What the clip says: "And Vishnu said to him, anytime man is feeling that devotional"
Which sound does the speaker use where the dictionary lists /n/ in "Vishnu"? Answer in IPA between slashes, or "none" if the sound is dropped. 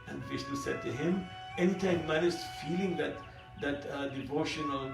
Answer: /l/